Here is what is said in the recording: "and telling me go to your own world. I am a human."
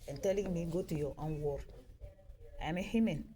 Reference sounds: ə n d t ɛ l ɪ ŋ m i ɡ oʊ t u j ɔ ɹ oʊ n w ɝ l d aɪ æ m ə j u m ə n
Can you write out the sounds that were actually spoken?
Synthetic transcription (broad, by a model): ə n t ɛ l ɪ ŋ m i ɡ oʊ t u j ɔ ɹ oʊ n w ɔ d aɪ m ə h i m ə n